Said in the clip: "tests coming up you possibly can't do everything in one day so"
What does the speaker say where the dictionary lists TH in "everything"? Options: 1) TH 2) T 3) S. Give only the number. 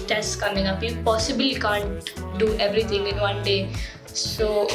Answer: 2